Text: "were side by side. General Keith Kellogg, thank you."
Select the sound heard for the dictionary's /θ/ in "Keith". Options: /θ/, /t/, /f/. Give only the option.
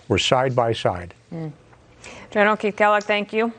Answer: /t/